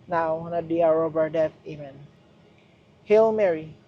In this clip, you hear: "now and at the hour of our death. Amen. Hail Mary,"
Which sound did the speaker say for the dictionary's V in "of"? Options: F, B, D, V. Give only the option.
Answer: B